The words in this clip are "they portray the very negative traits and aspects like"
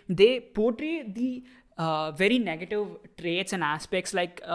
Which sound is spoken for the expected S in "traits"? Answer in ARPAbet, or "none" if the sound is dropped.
S